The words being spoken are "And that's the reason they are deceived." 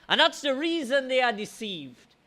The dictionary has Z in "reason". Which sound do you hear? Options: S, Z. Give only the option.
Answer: Z